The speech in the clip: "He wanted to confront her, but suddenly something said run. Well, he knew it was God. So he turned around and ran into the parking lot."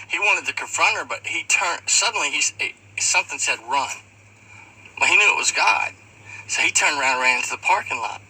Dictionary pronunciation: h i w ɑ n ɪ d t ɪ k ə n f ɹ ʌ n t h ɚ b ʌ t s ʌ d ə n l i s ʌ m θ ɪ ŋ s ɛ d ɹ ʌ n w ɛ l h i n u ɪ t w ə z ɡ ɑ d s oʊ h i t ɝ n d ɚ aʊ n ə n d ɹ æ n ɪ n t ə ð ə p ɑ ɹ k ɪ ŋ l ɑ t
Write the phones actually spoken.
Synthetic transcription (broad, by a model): h i w ɑ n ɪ d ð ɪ k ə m f ɹ ʌ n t ɚ b ʌ t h ʌ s ə n l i s ʌ m θ ɪ ŋ s ɛ d ɹ ʌ n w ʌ h i n u ɪ t w ə z ɡ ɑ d s oʊ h i t ɝ n d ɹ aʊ ə n d ɹ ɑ ɪ n t ə ð ə p ɑ ɹ k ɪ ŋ l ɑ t